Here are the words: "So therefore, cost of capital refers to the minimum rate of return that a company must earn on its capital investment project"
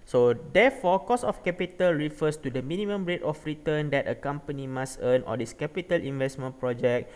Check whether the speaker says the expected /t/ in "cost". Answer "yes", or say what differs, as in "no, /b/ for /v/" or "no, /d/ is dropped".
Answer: no, /t/ is dropped